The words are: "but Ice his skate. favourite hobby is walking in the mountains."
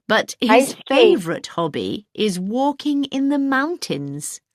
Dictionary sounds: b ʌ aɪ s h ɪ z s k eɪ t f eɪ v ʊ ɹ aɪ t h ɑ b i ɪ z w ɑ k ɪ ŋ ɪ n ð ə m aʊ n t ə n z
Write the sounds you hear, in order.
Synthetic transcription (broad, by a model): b ʌ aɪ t h ɪ z f eɪ v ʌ ɹ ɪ t h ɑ b i ɪ z w ɑ k ɪ ŋ ɪ n ð ə m aʊ n t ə n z